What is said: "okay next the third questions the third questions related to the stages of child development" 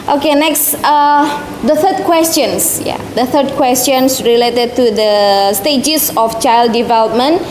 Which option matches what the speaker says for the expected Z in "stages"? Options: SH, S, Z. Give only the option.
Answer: S